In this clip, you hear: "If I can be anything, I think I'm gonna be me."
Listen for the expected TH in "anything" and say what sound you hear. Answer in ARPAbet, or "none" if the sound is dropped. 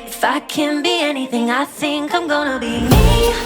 TH